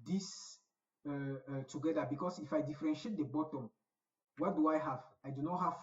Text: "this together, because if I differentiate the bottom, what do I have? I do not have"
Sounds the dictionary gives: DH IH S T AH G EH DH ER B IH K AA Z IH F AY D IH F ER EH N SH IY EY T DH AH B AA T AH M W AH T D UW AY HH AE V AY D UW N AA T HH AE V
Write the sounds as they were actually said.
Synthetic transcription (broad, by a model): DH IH S T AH G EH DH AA B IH K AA S IH F AY D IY F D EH N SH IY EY T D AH B AA T AH M W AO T D UW AY HH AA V AY D UW N AA T HH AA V